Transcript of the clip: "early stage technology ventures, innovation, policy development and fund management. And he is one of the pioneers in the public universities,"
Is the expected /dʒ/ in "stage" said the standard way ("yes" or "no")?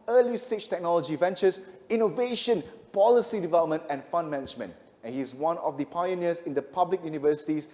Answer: no